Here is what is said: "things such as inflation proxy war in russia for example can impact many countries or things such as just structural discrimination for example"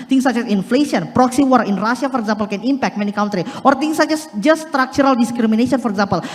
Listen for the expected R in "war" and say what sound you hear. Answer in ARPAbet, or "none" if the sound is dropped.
R